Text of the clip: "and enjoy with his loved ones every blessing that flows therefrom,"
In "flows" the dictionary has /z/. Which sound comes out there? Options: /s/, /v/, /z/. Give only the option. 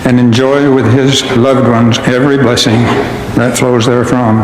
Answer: /z/